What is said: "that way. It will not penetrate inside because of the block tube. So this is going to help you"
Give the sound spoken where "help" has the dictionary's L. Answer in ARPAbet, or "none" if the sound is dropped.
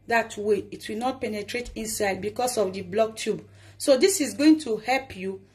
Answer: L